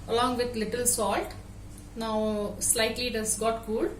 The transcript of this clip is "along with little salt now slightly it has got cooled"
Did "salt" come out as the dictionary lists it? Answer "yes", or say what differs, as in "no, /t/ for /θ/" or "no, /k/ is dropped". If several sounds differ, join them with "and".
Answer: yes